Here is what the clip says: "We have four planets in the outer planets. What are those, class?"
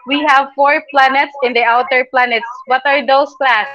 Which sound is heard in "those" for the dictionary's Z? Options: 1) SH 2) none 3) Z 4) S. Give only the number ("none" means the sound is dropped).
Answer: 4